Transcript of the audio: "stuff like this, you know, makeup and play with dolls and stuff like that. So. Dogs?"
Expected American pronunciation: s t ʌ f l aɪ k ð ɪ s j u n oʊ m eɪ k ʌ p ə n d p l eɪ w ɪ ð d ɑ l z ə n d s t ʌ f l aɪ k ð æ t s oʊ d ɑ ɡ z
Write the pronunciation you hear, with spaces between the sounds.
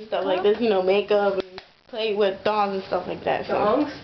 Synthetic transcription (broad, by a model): s t ʌ f l aɪ k ð ɪ s j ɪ n oʊ m eɪ k ʌ p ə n p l eɪ w ɪ ð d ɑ z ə n s t ʌ f l aɪ k ð æ t s oʊ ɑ